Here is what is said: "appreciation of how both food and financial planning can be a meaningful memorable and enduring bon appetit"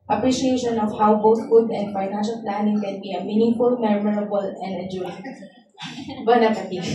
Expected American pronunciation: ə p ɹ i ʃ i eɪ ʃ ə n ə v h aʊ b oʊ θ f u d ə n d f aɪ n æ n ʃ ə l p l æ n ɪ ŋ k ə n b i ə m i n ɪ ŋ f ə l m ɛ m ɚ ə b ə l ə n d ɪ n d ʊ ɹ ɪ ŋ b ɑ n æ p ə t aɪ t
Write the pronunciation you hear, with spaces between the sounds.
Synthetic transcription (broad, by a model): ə p ɹ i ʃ i eɪ ʃ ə n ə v h aʊ b oʊ t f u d ə n d f aɪ n æ n ʃ ə l p l æ n ɪ ŋ k ə n b i ə m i n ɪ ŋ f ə l m ɛ m ɚ ə b ə l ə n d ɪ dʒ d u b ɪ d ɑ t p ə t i